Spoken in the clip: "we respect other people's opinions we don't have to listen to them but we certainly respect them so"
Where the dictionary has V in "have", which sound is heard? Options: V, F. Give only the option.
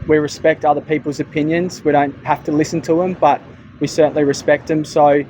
F